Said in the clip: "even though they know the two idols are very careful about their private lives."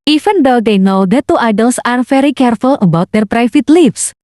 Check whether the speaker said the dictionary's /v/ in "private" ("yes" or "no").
no